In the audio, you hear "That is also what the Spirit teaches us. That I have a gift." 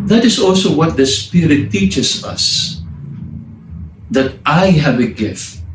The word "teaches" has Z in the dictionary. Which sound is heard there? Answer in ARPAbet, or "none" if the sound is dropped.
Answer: S